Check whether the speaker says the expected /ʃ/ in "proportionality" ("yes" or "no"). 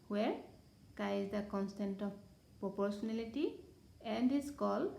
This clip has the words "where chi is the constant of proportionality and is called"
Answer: no